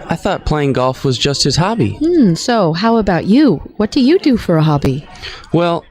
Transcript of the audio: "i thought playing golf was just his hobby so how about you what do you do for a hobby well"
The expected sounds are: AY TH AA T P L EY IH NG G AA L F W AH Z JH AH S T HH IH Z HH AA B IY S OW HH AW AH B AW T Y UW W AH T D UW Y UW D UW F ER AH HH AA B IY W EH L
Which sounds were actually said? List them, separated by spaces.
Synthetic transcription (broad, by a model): AY TH AA T P L EY IH NG G AA L F W AH Z JH AH S T HH IH Z HH AA B IY S OW HH AW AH B AW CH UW W AH T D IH Y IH D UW F ER AH HH AA B IY W EH L